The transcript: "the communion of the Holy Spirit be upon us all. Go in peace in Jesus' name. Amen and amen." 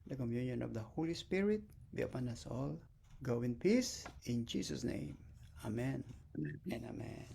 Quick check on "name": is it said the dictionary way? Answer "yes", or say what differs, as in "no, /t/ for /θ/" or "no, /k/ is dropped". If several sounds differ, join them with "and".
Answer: yes